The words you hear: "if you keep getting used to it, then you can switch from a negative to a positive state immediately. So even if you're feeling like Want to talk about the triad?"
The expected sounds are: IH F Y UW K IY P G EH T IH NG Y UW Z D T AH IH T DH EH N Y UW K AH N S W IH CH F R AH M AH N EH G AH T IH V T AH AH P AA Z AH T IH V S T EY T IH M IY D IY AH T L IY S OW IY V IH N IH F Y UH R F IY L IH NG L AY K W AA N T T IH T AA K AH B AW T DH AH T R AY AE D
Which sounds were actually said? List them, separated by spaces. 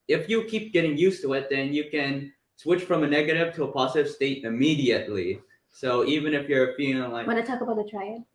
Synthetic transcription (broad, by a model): IH F Y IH K IY P G EH T IH NG Y UW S T AH IH T DH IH N Y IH K AH N S W IH CH F R AH M AH N EH G AH T IH V T AH AH P AA Z AH T IH V S T EY T IH M IY D IY AH T L IY S OW IY V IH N IH F Y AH R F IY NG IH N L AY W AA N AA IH T AA K AH B AW T DH AH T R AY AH